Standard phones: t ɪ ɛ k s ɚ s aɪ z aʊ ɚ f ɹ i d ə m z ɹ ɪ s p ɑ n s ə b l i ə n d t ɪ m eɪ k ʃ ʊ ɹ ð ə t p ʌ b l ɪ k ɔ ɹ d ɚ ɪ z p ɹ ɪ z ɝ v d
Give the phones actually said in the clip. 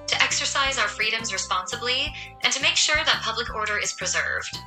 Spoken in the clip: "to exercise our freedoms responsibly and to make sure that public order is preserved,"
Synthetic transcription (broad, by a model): t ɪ ɛ k s ɚ s aɪ z aʊ ɚ f ɹ i d ə m z ɹ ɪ s p ɑ n s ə b l i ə n t ɪ m eɪ k ʃ ʊ ɹ ð ə t p ʌ b l ɪ k ɔ ɹ d ɚ ɪ z p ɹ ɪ z ɝ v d